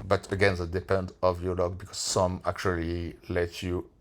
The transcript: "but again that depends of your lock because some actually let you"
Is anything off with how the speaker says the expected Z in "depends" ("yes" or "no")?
yes